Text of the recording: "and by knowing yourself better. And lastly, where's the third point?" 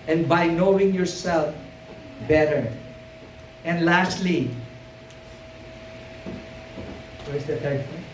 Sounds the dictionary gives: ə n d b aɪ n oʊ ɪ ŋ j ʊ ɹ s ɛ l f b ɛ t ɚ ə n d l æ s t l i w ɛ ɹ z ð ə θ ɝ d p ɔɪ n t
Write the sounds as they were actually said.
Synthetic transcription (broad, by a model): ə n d b aɪ n oʊ ɪ ŋ j ʊ ɹ s ɛ l f b ɛ t ɚ ə n d l æ s t l i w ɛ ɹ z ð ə t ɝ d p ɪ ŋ